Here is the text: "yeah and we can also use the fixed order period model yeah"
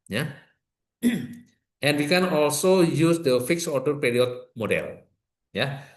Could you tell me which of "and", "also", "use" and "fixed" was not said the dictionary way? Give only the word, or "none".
fixed